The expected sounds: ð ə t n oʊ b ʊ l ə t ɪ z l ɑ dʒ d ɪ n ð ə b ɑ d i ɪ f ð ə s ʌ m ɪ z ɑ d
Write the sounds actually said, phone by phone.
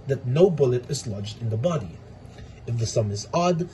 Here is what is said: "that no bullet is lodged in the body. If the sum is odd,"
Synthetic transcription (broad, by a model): ð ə t n oʊ b ʊ l ə t ɪ z l ɑ dʒ d ɪ n ð ə b ɑ d i ɪ f ð ə s ʌ m ɪ z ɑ d